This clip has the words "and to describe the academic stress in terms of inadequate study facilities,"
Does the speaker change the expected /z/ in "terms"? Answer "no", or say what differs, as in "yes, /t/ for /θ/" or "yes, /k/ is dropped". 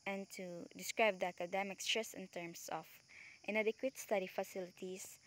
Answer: yes, /s/ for /z/